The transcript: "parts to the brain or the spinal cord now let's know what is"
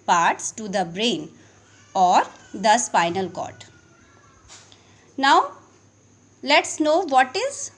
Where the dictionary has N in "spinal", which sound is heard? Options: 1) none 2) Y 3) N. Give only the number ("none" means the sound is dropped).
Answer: 3